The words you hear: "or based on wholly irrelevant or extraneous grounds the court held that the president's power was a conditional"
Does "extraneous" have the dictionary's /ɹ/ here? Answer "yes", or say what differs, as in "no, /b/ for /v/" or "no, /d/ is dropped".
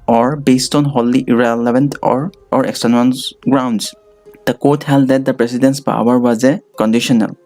no, /ɹ/ is dropped